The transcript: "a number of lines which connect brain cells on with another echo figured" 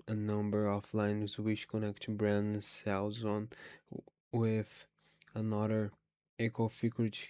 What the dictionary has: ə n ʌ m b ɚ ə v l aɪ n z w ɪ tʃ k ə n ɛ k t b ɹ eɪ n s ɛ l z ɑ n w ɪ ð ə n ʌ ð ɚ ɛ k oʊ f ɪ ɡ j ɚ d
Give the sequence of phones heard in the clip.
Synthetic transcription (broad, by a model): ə n ʌ m b ɚ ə f l aɪ n z w ɪ tʃ k ə n ɛ k t b ɹ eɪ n s ɛ l z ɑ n w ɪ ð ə n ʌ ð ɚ ɛ k oʊ f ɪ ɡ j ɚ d